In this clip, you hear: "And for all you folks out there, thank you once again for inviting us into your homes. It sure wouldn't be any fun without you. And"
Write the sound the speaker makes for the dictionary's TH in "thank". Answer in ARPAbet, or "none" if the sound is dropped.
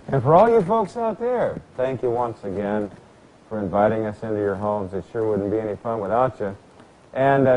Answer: TH